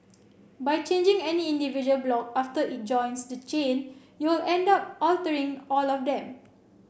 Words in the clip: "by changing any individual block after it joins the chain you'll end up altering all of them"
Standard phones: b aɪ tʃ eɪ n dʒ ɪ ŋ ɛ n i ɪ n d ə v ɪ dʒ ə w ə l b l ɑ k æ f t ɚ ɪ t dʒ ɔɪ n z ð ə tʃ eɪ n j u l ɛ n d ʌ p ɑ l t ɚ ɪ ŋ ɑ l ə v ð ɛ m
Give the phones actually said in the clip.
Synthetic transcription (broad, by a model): b aɪ tʃ eɪ n dʒ ɪ ŋ ɛ n i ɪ n d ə v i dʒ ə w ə l b l ɑ k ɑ f t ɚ ɪ t dʒ ɔɪ n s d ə tʃ eɪ n j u l ɛ n d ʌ p ɑ l t ɚ ɪ ŋ ɑ l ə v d ɛ m